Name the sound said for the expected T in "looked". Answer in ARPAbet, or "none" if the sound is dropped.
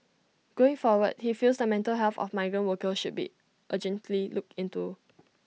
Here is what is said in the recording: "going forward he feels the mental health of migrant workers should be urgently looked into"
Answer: none